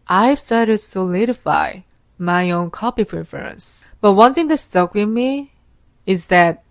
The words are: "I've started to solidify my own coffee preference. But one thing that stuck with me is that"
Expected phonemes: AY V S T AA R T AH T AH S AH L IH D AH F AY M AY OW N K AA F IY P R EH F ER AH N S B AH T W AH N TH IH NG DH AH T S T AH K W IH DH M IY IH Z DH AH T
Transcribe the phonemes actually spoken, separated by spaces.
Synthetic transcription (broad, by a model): AY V S T AA R T AH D S AH L IH D AH F AY M AY OW N K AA P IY P R EH F ER AH N S B AH T W AH N TH IH NG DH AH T S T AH K W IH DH M IY IH Z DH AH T